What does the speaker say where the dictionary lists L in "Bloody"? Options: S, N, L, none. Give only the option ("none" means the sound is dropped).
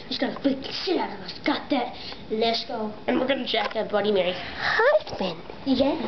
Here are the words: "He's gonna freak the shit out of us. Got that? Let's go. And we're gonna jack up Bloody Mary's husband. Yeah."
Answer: none